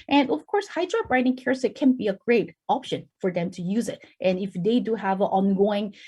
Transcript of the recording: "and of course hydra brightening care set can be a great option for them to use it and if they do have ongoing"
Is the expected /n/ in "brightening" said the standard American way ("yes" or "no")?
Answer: no